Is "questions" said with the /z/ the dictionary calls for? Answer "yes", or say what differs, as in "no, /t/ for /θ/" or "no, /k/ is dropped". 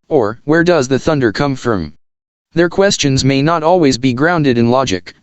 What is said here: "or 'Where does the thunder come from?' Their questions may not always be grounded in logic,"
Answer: yes